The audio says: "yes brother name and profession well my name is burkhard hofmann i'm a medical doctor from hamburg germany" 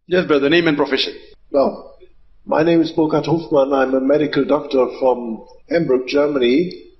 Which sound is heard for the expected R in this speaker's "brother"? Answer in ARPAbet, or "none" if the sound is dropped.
none